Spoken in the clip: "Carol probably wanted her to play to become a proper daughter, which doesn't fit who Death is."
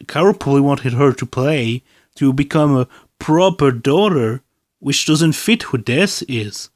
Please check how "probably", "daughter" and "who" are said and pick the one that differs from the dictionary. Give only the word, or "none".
probably